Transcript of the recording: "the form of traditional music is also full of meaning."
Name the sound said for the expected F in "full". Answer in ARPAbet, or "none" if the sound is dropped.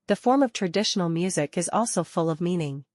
F